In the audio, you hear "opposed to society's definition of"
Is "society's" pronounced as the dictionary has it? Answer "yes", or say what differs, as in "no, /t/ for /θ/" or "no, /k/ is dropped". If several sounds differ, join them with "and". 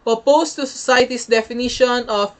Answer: no, /s/ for /z/